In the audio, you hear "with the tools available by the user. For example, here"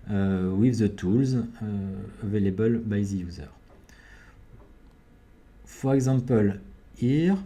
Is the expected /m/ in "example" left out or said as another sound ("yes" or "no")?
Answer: yes